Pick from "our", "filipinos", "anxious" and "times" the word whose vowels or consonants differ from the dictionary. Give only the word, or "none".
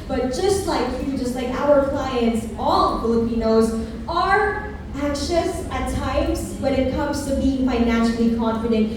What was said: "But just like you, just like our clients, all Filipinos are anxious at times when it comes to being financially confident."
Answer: none